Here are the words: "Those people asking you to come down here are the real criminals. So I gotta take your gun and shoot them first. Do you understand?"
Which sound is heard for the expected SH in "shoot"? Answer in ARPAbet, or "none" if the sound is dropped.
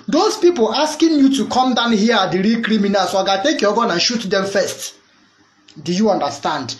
SH